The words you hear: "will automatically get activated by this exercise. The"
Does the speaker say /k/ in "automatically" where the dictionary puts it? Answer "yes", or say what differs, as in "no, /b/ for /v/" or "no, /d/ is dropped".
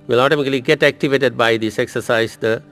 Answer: no, /k/ is dropped